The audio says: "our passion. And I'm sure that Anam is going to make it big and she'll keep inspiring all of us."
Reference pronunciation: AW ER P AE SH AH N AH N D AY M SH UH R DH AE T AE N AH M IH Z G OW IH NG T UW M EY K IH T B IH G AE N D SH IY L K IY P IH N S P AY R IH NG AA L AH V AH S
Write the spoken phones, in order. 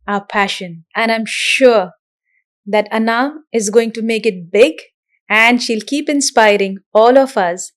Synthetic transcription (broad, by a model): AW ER P AE SH AH N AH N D AY M SH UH R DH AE T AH N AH IH Z G OW IH NG T UW M EY K IH T B IH G AE N D SH IY L K IY P IH N S P AY R IH NG AA L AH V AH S